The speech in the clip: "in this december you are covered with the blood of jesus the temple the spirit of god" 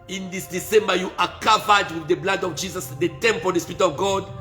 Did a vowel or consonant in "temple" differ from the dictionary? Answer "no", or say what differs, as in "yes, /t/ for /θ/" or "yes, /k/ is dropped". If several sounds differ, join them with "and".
no